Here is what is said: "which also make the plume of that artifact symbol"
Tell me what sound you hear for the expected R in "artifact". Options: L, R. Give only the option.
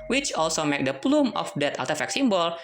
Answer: L